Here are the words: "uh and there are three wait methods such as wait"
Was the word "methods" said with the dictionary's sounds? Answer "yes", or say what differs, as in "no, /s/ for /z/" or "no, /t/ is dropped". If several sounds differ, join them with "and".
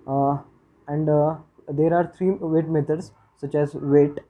no, /t/ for /θ/